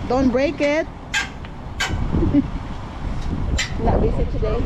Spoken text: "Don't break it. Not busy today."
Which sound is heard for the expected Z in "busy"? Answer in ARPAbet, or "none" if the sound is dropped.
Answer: S